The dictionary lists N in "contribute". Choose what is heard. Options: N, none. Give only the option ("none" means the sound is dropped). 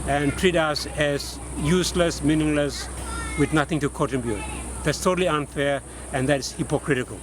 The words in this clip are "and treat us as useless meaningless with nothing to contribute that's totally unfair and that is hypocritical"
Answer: none